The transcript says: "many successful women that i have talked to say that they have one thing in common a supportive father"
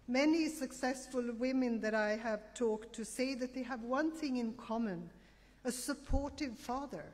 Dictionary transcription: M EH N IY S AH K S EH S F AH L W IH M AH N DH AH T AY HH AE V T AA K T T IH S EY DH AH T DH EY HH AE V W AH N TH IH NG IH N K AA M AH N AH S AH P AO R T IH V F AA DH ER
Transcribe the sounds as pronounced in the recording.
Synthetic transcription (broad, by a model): M EH N IY S AH K S EH S F AH L W IH M AH N DH AH T AY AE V T AA K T T IH S EY DH AH T DH EY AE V W AH N TH IH NG IH N K AA M AH N AH S AH P AO R T IH V F AA DH ER